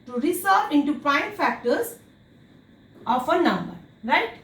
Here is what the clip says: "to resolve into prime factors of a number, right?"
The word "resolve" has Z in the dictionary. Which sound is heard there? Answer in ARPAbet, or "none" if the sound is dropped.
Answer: S